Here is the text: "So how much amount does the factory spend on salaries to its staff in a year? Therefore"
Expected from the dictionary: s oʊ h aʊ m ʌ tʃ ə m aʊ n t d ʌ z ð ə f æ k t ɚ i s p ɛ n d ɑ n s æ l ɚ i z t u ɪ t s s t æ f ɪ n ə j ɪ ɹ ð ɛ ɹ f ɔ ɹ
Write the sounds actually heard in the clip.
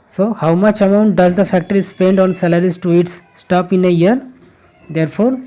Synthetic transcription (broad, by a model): s oʊ h aʊ m ʌ tʃ ə m aʊ n t d ʌ z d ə f æ k t ɚ i s p ɛ n d ɑ n s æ l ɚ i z t u ɪ t s s t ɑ p ɪ n ə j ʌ ɹ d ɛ ɹ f ɔ ɹ